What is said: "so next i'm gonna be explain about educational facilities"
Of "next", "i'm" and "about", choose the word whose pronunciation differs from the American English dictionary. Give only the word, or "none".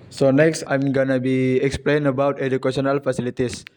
none